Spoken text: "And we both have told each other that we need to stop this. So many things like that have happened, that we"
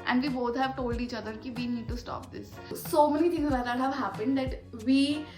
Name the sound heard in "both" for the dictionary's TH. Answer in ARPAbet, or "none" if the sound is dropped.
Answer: T